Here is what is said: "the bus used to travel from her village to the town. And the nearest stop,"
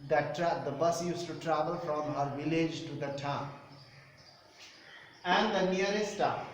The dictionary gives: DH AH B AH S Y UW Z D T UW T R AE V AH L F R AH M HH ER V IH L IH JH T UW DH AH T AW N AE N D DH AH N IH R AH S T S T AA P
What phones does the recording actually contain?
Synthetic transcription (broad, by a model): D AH B AH S Y UW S T UW T R AE V AH L F R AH M HH ER V IH L IH JH T UW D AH T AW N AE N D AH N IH AH T S T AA